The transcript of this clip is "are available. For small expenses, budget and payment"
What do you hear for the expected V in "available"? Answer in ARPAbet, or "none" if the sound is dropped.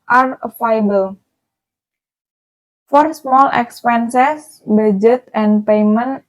F